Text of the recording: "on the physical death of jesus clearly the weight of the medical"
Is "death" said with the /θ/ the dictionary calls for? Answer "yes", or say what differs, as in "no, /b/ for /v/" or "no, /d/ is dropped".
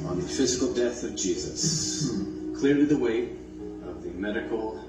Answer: yes